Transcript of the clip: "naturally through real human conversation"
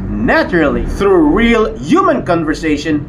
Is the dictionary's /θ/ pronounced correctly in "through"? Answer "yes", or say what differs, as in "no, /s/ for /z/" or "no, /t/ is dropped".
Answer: yes